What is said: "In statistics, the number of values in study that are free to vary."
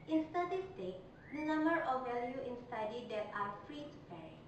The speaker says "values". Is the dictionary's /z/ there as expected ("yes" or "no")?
no